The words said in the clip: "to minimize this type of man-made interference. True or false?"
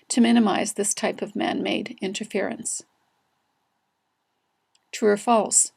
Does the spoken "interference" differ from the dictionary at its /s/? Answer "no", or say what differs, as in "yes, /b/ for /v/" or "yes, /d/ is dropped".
no